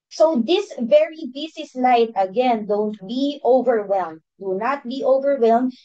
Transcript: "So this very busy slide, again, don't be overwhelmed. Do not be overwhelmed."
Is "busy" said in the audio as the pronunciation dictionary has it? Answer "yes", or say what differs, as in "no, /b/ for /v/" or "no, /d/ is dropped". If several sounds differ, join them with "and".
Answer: no, /s/ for /z/